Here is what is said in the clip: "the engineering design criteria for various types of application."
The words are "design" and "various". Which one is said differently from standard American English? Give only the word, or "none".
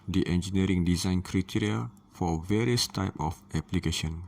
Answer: none